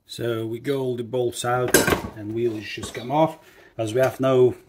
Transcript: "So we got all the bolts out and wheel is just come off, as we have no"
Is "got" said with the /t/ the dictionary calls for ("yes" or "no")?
no